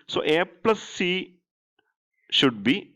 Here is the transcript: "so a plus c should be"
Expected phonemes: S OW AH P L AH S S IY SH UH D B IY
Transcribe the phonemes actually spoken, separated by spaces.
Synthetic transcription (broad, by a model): S OW AH P L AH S S IY SH UH D B IY